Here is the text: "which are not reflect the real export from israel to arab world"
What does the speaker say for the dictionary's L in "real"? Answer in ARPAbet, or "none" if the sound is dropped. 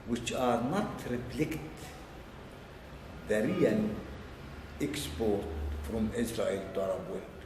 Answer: N